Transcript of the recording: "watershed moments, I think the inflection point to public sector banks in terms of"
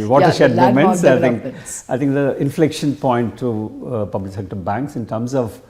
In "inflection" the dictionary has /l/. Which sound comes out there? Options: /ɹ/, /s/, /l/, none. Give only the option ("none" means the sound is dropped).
/l/